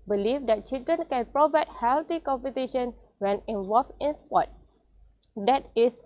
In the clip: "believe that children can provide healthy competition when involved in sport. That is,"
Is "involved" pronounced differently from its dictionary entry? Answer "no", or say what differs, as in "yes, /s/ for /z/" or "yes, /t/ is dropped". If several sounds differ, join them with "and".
yes, /d/ is dropped